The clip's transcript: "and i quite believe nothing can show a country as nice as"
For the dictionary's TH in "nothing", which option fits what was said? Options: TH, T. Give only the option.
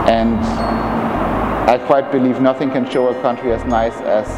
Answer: TH